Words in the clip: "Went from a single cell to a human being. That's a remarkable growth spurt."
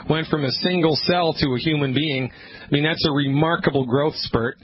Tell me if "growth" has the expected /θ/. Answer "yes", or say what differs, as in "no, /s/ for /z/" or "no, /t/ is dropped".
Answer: yes